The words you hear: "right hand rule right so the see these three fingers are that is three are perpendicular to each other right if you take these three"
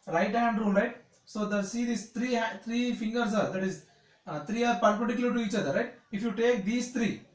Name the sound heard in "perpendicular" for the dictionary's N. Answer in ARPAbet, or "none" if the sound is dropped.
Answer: none